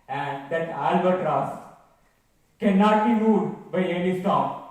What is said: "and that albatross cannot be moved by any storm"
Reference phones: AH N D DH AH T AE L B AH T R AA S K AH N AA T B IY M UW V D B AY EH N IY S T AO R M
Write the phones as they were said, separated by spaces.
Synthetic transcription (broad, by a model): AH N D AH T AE L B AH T R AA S K AH N AA T B IY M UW D B AY EH N IY S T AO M